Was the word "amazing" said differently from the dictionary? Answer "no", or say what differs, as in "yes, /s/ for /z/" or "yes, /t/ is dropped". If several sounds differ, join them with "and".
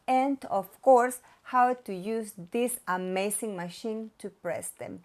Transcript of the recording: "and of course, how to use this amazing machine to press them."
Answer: yes, /s/ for /z/